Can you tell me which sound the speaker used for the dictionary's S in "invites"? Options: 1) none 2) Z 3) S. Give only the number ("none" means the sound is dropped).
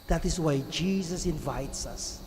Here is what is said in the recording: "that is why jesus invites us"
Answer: 3